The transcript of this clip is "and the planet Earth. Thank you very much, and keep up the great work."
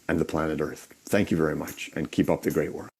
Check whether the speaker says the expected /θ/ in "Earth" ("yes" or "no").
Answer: yes